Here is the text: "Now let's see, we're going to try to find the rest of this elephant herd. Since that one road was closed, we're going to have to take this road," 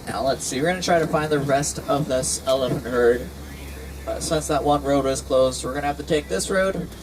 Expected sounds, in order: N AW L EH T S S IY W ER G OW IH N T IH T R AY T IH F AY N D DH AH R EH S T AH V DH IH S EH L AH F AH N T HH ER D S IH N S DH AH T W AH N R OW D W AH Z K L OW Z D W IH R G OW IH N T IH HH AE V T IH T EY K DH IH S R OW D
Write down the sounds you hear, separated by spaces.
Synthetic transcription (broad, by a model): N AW L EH T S S IY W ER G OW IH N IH T R AY T IH F AY N DH AH R EH S T AH V DH IH S EH L AH F AH N T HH ER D S IH N S DH AH T W AH N R OW D W AH Z K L OW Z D W IH R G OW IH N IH HH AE F T IH T EY K DH IH S R OW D